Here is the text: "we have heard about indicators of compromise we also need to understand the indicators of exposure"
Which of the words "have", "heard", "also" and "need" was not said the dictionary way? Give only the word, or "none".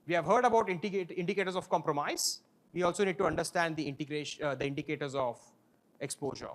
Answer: none